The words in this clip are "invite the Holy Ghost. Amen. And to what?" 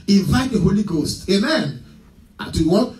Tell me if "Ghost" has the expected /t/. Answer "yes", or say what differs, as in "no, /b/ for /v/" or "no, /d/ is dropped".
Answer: yes